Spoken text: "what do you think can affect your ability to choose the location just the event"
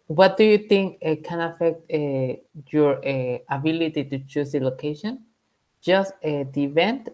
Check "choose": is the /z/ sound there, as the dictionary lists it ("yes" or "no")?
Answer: no